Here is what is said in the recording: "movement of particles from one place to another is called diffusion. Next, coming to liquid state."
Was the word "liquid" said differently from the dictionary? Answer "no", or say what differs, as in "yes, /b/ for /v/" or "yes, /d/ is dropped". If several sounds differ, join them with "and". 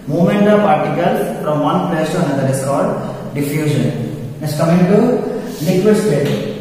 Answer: yes, /n/ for /l/